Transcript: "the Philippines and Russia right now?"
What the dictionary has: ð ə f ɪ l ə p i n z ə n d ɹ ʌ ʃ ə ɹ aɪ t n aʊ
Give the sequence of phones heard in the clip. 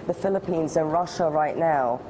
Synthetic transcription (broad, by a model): ð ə f ɪ l ə p i n z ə n ɹ ʌ ʃ ə ɹ aɪ t n aʊ